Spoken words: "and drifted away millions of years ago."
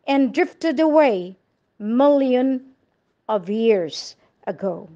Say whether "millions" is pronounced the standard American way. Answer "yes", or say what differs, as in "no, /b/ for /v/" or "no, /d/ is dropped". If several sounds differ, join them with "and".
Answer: no, /z/ is dropped